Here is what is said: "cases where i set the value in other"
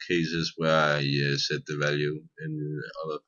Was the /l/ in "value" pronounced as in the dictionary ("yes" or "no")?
yes